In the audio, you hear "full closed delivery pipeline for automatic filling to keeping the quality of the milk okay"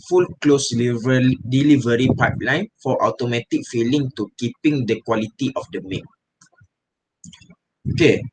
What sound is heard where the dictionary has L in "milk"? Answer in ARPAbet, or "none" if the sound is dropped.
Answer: none